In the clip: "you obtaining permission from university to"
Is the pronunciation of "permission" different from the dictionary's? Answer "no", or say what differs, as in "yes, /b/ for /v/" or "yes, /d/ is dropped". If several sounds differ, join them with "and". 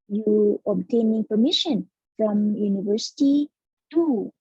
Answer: no